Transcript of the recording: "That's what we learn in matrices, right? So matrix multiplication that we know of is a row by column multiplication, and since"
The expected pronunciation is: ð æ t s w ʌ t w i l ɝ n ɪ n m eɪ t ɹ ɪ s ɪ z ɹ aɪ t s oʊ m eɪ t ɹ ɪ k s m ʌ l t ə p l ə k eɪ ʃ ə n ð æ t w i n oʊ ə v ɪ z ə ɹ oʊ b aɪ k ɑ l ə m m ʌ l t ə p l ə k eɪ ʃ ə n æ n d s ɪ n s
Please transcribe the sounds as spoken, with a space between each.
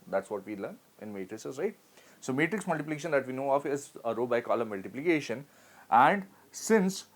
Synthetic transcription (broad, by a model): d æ t s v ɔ t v i l ɝ n ɪ n m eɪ t ɹ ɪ s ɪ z ɹ aɪ t s oʊ m eɪ t ɹ ɪ k s m ʌ l t ə p l ə k eɪ ʃ ə n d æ t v i n oʊ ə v ɪ z ə ɹ oʊ b aɪ k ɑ l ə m m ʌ l t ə p l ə k eɪ ʃ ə n æ n d s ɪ n s